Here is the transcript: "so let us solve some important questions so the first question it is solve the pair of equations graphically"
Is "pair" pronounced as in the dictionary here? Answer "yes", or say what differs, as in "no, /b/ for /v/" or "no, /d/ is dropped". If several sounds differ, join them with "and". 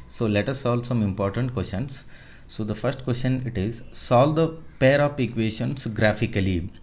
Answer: yes